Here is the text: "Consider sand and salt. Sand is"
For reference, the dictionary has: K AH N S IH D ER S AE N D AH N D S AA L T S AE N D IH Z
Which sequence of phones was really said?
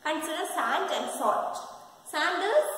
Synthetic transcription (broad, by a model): K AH N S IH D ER S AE N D AH N D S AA T S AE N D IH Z